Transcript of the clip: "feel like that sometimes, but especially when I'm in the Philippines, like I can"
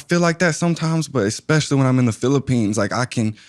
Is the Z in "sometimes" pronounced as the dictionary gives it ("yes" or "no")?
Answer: yes